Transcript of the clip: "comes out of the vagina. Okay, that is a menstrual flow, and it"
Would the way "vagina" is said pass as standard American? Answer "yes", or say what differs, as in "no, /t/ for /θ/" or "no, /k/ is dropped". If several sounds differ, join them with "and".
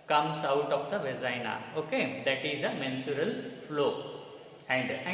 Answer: no, /z/ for /dʒ/